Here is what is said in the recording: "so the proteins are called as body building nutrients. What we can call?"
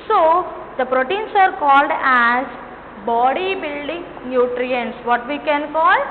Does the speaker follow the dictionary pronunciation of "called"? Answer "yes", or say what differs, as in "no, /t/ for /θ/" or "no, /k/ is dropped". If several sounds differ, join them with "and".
yes